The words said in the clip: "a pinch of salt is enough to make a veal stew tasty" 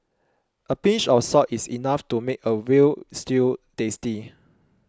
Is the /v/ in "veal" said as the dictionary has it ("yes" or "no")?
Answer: no